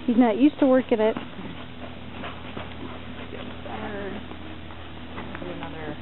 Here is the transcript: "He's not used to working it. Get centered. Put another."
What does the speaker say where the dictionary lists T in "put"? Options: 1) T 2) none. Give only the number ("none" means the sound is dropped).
2